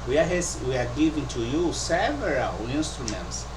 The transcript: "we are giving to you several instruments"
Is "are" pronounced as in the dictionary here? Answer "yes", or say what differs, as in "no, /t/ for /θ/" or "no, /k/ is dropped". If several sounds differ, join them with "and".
no, /w/ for /ɹ/